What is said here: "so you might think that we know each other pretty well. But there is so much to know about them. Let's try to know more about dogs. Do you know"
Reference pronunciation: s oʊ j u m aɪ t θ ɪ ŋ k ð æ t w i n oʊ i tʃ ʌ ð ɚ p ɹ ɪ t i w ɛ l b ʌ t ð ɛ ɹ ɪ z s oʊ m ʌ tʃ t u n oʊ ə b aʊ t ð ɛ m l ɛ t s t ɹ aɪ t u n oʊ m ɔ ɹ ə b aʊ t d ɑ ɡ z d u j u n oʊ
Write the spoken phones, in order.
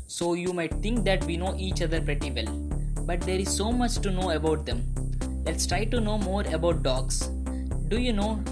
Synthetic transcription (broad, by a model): s oʊ j u m aɪ t t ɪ ŋ k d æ t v i n oʊ i tʃ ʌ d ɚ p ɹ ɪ t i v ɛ l b ʌ t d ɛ ɹ ɪ z s oʊ m ʌ tʃ t u n oʊ ə b aʊ t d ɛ m l ɛ t s t ɹ aɪ t u n oʊ m ɔ ɹ ə b aʊ t d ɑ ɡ s d u j u n oʊ